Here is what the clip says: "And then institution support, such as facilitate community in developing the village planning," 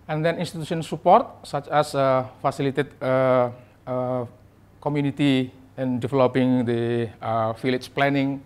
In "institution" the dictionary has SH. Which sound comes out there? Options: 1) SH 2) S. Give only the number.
2